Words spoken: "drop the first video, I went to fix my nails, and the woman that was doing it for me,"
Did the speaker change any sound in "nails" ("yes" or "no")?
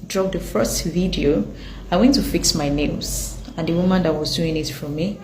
yes